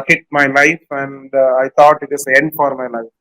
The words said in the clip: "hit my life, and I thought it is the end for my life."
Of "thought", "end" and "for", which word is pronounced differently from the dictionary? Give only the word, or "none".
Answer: thought